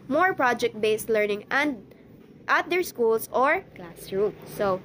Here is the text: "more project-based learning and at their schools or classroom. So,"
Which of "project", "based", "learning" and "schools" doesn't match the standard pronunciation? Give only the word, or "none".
schools